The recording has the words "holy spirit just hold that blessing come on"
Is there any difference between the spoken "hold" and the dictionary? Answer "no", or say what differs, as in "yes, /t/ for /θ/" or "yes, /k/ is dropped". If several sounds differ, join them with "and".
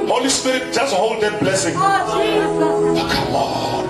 no